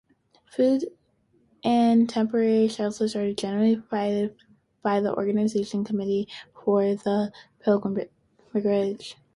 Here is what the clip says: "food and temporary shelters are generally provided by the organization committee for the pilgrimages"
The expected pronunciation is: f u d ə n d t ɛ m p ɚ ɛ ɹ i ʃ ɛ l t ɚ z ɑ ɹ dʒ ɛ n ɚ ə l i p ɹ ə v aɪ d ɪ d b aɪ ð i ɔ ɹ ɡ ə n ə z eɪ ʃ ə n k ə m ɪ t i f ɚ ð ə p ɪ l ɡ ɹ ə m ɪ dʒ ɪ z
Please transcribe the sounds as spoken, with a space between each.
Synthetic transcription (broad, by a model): f u d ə n t ɛ m p ɚ ɛ ɹ i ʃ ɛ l s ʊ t ɑ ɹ dʒ ɛ n ɚ l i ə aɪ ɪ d b aɪ ð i ɔ ɹ ɡ ə n ə z eɪ ʃ ə n k ə m ɪ t i f ɚ ð ə p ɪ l ɡ ɹ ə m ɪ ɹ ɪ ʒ